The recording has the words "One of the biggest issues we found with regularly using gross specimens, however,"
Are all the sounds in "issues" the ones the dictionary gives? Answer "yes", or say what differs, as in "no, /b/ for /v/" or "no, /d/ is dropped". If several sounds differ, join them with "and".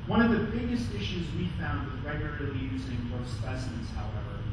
yes